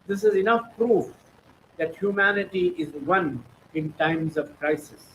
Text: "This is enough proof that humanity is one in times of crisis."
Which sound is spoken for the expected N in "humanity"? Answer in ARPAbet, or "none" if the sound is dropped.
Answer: N